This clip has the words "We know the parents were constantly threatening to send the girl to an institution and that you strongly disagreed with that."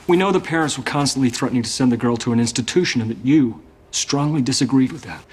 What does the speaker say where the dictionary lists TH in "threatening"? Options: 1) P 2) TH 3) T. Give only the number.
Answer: 2